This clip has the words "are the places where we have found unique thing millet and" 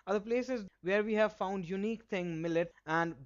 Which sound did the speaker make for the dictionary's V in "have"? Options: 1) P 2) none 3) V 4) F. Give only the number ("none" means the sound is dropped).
3